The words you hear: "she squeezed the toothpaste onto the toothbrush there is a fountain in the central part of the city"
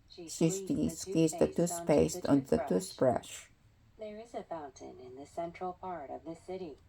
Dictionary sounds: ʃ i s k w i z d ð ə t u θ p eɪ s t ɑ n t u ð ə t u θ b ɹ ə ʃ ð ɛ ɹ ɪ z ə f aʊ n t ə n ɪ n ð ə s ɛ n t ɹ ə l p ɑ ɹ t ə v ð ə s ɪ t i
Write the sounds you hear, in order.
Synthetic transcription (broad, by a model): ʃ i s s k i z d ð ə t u s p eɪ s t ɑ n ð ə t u s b ɹ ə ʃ ð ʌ ɹ ɪ z ə f aʊ n t ə n ɪ n ð ə s ɛ n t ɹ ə l p ɑ ɹ t ə v ð ə s ɪ t i